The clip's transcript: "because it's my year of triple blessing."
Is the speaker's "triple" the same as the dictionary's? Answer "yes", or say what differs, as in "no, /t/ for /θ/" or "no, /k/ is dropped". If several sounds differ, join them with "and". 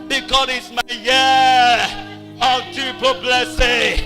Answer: no, /ɹ/ is dropped